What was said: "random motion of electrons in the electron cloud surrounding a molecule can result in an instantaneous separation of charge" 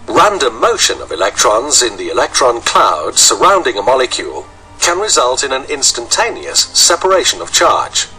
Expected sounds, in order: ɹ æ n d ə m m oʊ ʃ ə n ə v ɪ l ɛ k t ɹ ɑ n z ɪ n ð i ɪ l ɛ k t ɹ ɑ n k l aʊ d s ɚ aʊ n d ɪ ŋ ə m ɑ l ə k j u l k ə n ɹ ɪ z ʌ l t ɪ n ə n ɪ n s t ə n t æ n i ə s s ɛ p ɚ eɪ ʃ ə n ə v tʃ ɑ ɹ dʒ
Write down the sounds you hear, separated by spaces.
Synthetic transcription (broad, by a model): ɹ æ n d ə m m oʊ ʃ ə n ə v ɪ l ɛ k t ɹ ɑ n z ɪ n ð i ɪ l ɛ k t ɹ ɑ n k l aʊ d s ɚ aʊ n d ɪ ŋ ə m ɑ l ə k j u l k ə n ɹ ɪ z ʌ l t ɪ n ə n ɪ n s t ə n t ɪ n i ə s s ɛ p ɚ eɪ ʃ ə n ə v tʃ ɑ ɹ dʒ